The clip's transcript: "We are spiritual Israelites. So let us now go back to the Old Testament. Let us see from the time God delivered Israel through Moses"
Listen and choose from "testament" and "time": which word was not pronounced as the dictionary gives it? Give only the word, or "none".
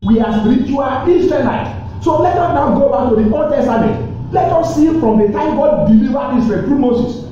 testament